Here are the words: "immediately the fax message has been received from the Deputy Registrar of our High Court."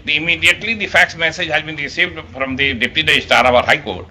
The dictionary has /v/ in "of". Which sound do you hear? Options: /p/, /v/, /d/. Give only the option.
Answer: /p/